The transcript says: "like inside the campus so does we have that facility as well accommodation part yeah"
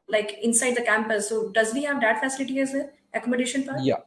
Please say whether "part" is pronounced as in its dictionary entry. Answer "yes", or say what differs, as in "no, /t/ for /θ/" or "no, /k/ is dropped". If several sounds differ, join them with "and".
no, /f/ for /p/